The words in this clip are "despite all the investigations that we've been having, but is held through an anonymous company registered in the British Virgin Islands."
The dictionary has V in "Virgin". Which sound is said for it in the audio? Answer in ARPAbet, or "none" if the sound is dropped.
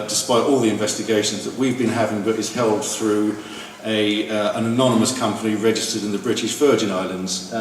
F